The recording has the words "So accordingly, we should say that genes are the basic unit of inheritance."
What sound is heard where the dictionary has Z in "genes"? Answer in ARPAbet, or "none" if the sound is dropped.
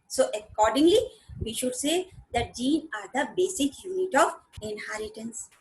none